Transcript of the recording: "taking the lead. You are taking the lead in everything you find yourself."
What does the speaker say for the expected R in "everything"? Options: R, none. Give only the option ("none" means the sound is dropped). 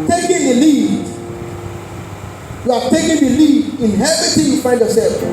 none